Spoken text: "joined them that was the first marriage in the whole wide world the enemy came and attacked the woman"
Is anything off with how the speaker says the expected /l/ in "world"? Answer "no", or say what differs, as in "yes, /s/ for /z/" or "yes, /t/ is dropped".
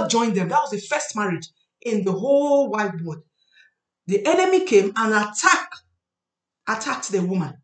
yes, /l/ is dropped